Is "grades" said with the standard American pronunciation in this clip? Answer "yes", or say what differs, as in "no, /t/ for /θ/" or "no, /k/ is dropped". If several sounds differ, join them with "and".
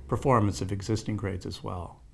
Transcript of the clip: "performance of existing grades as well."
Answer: yes